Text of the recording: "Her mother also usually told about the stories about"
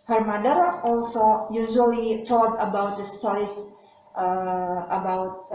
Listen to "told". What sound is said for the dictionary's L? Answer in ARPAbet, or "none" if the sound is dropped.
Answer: none